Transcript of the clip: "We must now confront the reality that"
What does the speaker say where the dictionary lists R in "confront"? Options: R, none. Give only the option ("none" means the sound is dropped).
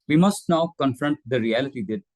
R